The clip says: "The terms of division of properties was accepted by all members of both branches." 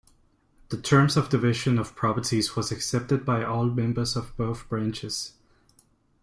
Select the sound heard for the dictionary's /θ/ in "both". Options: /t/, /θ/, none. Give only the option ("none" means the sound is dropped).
/θ/